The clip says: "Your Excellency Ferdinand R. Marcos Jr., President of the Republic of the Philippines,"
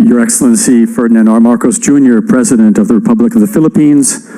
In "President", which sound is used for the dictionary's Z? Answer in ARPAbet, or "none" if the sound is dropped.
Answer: Z